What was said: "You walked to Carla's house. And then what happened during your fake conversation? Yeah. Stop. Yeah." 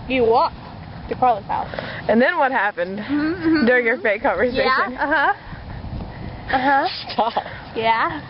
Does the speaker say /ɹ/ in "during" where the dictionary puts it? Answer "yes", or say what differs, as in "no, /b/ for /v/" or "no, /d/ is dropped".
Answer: yes